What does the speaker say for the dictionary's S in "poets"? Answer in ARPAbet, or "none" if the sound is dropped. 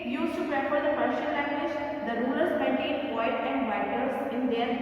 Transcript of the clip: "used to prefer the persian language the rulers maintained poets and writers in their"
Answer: none